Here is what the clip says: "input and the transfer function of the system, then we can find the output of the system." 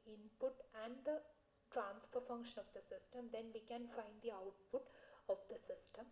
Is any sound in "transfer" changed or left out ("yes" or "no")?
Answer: no